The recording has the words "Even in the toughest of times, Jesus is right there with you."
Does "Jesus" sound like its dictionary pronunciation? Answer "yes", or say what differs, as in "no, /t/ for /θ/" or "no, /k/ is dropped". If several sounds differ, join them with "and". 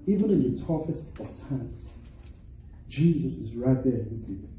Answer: yes